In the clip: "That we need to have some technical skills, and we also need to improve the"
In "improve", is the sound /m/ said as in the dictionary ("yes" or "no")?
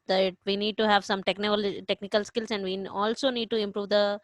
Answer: yes